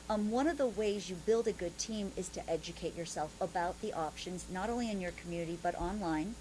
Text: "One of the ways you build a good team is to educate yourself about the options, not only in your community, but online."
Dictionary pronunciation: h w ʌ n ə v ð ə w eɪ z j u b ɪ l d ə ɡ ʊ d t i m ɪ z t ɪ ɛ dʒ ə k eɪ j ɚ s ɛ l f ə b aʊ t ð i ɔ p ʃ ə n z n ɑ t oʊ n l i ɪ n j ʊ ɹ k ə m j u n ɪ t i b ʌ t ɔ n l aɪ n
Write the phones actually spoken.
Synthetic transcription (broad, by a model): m w ʌ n ə v ð ə w eɪ z j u b ɪ l d ə ɡ ʊ d t i m ɪ z t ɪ ɛ dʒ ə k eɪ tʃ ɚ s ɛ l f ə b aʊ t ð i ɔ p ʃ ə n z n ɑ t oʊ n l i ɪ n j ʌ ɹ k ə m j u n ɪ t i b ʌ t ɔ n l aɪ n